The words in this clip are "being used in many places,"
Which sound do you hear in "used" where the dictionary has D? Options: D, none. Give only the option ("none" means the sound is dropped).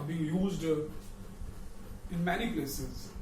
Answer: D